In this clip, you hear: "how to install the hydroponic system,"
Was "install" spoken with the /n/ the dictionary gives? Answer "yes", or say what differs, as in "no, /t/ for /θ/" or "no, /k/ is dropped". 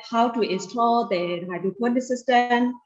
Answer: no, /n/ is dropped